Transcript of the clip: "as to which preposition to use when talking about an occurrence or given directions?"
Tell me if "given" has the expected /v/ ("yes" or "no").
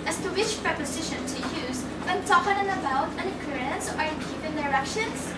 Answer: no